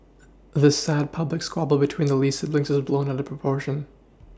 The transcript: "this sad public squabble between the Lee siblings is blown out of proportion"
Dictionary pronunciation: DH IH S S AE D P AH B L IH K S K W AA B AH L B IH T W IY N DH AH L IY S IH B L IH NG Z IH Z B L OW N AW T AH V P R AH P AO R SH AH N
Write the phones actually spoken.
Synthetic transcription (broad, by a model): DH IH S S AE D P AH B L IH K S K W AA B L B IH T W IY N DH AH L IY S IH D L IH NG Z IH Z B L OW N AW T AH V P R AH P AO R SH AH N